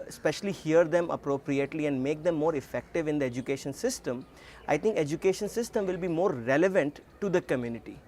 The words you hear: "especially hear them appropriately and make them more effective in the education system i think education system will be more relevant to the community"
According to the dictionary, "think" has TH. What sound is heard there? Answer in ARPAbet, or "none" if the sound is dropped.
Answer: T